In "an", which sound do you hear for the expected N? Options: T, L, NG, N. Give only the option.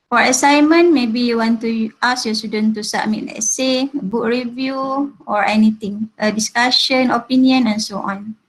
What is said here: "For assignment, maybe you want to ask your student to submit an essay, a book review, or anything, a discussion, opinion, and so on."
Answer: L